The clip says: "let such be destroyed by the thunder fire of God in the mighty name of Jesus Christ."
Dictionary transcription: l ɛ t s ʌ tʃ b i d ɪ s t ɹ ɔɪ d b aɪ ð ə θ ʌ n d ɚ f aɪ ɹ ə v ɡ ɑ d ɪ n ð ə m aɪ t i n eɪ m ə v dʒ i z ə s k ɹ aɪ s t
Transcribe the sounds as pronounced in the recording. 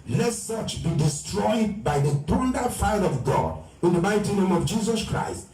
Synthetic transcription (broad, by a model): l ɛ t s ʌ tʃ b i d ɪ s t ɹ ɔɪ d b aɪ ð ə t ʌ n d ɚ f aɪ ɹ ə v ɡ ɑ d ɪ n ð ə m aɪ t i n eɪ m ə v dʒ i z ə s k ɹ aɪ s t